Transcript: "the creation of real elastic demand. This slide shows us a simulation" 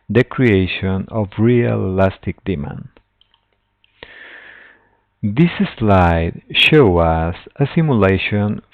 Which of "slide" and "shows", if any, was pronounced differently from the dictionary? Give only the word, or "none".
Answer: shows